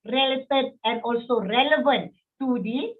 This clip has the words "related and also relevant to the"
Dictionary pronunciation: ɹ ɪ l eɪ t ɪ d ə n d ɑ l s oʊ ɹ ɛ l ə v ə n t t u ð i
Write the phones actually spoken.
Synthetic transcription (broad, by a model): ɹ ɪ l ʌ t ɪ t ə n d ɑ l s oʊ ɹ ɛ l ə v ə n t t u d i